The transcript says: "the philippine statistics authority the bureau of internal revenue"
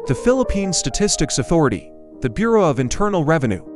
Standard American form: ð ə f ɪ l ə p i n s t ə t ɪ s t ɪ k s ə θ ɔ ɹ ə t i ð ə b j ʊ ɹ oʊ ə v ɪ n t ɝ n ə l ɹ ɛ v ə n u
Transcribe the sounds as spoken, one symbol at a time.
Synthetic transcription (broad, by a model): ð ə f ɪ l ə p i n s t ə t ɪ s t ɪ k s ə θ ɔ ɹ ə t i ð ə b j ʊ ɹ oʊ ə v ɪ n t ɝ n l ɹ ɛ v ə n u